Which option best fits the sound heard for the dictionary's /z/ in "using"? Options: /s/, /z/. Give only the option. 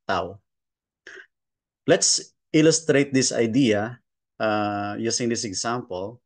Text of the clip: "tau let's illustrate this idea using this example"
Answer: /s/